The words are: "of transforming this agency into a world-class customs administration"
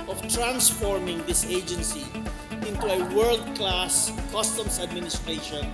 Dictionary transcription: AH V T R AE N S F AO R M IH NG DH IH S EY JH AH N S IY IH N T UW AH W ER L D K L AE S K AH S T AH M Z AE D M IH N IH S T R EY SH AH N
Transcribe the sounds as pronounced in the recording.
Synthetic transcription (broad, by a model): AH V T R AE N S F AO R M IH NG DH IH S EY JH AH N S IY IH N T UW AH W ER L D K L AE S K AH S T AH M S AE D M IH N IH S T R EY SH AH N